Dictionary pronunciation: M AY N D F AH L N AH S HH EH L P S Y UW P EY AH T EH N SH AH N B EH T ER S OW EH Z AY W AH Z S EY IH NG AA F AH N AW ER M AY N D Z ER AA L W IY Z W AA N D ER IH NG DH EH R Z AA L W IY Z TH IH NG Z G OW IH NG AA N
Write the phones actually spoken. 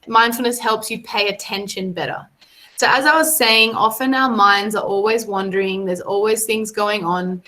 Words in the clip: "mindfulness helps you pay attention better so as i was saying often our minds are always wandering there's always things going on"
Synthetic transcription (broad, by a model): M AY N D F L N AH S HH EH L P S Y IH P EY AH T EH N SH AH N B EH T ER S OW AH Z AY W AH Z S EY IH NG AA F AH N AW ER M AY N D Z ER AA L W IY Z W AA N D ER IH NG DH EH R Z AA L W IY Z TH IH NG Z G OW IH NG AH N